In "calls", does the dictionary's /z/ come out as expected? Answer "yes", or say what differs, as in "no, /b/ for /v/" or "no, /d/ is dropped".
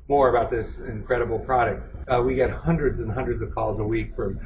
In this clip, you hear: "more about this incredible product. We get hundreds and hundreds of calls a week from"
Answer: yes